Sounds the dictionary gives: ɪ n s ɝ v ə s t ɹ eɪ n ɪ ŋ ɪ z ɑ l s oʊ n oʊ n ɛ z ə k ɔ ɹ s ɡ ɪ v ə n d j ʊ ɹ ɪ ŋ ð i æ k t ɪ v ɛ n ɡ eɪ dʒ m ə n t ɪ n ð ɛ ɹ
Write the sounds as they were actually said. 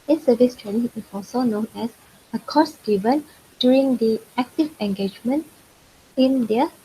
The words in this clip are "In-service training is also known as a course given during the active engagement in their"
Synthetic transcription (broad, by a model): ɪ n s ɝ v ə s t ɹ eɪ n ɪ ŋ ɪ s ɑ s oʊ n oʊ n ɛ s ə k ɔ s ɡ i v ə n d j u ɹ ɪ ŋ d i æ k t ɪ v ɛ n ɡ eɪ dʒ m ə n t ɪ n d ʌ